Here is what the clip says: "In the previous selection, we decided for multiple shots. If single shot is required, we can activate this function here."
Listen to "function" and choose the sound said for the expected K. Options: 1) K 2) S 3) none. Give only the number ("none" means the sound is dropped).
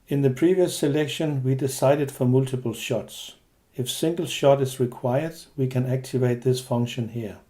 1